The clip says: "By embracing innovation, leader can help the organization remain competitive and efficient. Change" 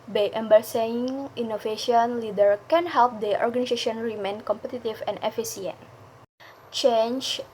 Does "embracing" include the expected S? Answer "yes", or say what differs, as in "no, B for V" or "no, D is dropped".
no, S is dropped